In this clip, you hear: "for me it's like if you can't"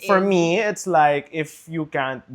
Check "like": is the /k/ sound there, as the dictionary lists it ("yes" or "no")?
yes